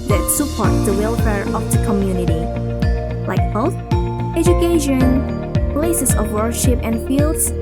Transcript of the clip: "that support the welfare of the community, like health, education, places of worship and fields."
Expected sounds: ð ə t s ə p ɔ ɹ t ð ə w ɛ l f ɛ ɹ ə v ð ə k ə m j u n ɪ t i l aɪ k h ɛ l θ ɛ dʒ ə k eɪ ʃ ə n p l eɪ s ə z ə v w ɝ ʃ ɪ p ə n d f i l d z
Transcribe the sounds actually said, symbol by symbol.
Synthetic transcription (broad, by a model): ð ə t s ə p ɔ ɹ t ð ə w ɛ l f ɛ ɹ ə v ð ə k ə m j u n ɪ t i l aɪ k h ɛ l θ ɛ dʒ ə k eɪ ʃ ə n p l eɪ s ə s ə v w ɝ ʃ ɪ p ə n f i l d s